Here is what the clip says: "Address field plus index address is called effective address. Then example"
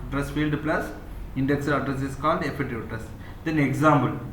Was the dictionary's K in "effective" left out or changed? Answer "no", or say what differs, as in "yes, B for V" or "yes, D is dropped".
yes, K is dropped